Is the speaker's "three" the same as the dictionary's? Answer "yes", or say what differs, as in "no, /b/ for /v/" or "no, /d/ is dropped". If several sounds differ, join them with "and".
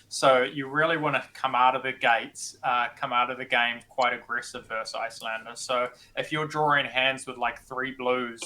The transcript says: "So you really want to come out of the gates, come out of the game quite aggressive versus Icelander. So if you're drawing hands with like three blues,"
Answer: yes